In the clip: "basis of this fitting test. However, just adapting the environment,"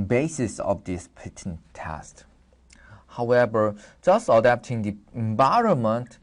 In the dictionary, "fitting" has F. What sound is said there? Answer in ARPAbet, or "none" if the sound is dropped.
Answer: P